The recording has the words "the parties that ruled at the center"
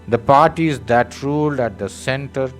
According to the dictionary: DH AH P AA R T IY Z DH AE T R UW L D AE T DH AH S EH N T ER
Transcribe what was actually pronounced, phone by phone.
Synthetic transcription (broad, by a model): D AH P AA R T IY Z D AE T R UW L D AE T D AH S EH N T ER